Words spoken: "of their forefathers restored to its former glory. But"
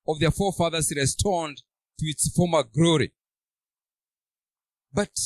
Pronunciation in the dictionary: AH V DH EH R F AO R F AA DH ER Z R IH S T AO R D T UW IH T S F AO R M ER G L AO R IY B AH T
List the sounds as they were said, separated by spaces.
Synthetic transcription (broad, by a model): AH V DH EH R F AO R F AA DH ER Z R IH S T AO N D T UW IH T S F AO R M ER G L AO R IY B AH T